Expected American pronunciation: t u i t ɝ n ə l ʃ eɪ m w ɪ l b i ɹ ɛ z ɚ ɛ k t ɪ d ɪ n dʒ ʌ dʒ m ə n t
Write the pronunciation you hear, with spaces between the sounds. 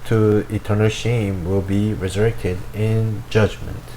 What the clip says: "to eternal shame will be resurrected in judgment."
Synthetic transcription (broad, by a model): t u i t ɝ n ə l ʃ eɪ m w ɪ l b i ɹ ɛ z ɚ ɛ k t ɪ d ɪ n dʒ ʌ dʒ m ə n t